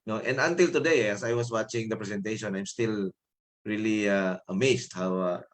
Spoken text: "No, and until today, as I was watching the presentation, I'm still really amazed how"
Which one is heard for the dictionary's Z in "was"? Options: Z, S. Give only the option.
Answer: S